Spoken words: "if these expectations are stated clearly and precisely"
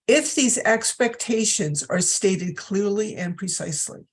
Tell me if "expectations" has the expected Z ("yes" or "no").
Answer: yes